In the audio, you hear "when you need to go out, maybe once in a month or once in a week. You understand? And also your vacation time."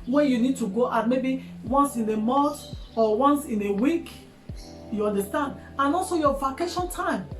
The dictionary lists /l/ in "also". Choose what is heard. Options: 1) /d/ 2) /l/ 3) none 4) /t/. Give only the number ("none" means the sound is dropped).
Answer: 2